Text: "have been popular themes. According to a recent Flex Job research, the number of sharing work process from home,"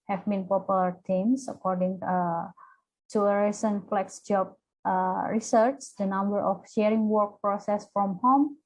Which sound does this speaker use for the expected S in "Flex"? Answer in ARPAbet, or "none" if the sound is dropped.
S